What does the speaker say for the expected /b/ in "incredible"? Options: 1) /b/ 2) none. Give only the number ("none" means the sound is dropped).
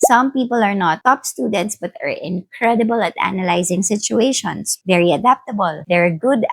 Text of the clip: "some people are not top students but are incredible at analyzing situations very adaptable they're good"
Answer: 1